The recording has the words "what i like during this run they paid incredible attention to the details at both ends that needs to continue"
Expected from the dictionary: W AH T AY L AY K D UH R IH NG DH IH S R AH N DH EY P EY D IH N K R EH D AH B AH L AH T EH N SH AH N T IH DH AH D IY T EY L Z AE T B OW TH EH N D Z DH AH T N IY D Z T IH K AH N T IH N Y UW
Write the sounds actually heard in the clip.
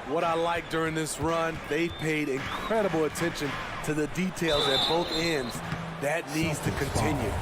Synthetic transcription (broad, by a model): W AH T AY L AY K D UH R IH NG DH IH S R AH N DH EY P EY D IH N K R EH D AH B L AH T EH N SH AH N T IH DH AH D IY T EY L Z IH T B OW TH EH N D Z DH AH T N IY D Z T IH K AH N T IH N Y UW